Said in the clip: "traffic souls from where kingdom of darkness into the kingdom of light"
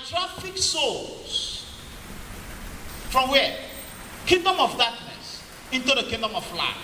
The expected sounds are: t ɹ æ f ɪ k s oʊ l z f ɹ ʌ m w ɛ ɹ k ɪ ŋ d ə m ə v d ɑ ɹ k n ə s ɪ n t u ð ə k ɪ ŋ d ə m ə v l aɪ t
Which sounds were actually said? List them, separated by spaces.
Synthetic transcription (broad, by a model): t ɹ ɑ f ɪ k s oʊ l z f ɹ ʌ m w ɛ k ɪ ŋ d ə m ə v d ɑ k n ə s ɪ n t u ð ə k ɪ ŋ d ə m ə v l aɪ